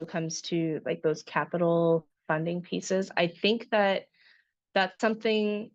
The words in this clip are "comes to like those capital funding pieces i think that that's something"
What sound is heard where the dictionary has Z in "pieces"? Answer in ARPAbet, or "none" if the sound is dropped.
Z